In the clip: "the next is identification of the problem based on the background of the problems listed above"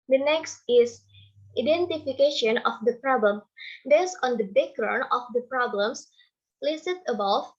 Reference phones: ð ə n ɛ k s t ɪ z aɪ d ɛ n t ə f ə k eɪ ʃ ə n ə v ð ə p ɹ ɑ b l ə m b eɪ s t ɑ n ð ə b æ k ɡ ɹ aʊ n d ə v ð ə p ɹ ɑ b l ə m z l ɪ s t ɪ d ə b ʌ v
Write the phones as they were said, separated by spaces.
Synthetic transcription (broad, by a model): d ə n ɛ k s t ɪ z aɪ d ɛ n t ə f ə k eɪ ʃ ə n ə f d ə p ɹ ɑ b l ə m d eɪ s ɑ n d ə b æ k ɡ ɹ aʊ n ə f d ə p ɹ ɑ b l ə m s l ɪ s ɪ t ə b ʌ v